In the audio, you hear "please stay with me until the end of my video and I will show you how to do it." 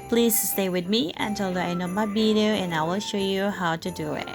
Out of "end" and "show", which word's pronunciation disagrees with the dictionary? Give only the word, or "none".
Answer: end